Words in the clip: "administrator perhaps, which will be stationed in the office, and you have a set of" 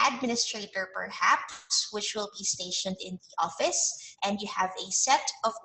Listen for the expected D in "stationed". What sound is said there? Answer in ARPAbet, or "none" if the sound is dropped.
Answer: D